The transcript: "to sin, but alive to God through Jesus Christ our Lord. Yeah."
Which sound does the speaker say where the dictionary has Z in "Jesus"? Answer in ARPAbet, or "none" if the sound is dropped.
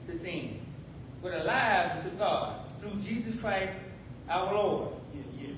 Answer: Z